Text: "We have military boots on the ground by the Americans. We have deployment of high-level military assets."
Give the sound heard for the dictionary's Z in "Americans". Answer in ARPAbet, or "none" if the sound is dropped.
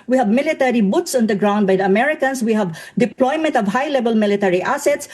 S